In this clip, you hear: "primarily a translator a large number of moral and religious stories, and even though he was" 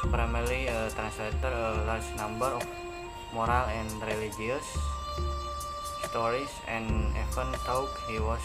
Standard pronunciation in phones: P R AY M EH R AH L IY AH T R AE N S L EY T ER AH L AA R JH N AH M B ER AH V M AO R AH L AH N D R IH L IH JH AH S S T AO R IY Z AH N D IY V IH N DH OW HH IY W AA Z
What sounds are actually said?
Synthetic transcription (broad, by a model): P R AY M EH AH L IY AH T R AE N S L EY T ER AH L AA R JH N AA M B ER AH F M AO R AH L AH N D R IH L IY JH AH S S T AO R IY S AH N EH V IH N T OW HH IY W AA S